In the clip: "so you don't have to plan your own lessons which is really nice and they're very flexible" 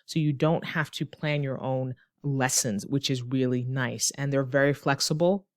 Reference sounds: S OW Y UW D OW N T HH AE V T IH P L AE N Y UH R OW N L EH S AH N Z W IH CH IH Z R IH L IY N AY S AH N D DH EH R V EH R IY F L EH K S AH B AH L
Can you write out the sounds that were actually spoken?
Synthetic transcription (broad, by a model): S OW Y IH D OW N T HH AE F T IH P L AE N Y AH R OW N L EH S AH N Z W IH CH IH Z R IH L IY N AY S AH N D DH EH R V EH R IY F L EH K S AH B L